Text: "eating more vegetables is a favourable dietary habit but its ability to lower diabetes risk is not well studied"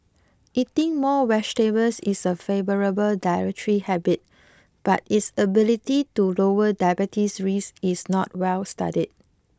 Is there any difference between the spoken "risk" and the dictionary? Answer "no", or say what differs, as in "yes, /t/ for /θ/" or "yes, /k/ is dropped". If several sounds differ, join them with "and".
yes, /k/ is dropped